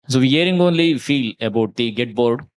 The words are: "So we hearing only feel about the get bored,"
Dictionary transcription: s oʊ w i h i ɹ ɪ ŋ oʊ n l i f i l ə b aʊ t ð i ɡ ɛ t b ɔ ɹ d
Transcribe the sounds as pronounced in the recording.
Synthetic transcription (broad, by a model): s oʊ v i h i ɹ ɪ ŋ oʊ n l i f i l ə b aʊ t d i ɡ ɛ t b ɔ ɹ d